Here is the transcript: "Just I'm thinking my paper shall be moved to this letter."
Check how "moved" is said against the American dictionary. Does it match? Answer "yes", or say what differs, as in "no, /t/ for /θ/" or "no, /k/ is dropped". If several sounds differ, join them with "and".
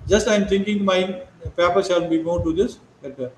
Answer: no, /v/ is dropped